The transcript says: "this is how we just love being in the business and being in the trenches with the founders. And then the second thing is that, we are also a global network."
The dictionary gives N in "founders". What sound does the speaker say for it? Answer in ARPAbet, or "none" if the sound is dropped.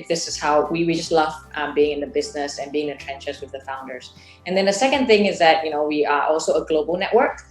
N